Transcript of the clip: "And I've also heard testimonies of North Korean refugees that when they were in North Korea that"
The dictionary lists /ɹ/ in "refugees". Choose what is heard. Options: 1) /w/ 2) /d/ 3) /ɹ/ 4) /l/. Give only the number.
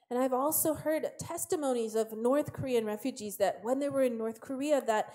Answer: 3